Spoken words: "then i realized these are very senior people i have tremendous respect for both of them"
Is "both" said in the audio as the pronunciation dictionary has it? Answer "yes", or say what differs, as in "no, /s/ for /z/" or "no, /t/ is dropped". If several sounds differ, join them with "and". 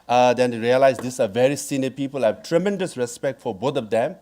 no, /t/ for /θ/